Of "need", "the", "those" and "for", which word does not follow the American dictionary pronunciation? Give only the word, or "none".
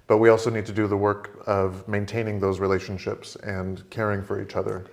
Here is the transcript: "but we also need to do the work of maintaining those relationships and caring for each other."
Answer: none